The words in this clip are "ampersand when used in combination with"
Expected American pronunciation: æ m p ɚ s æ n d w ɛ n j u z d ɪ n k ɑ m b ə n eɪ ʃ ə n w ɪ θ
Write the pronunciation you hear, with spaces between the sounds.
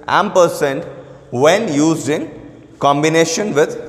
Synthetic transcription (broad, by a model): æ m p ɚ s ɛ n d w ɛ n j u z ɪ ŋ k ɑ m b ə n eɪ ʃ ə n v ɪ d